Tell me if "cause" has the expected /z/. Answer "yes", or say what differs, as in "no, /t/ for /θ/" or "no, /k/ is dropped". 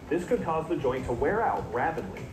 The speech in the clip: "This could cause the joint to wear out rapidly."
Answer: yes